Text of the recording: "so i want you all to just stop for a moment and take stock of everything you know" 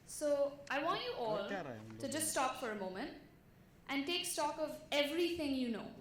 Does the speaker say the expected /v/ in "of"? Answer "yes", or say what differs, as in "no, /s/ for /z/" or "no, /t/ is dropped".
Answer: yes